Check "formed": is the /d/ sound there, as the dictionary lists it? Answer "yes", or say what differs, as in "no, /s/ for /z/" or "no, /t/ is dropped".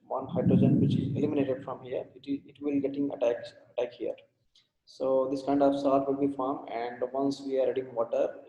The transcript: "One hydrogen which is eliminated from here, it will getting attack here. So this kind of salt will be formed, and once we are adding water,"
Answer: no, /d/ is dropped